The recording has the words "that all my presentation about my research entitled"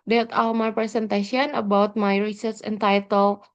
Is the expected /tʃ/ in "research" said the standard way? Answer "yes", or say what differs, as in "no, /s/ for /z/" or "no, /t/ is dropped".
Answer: no, /s/ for /tʃ/